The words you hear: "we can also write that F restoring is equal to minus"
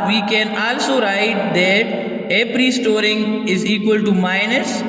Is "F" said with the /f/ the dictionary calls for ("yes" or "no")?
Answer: no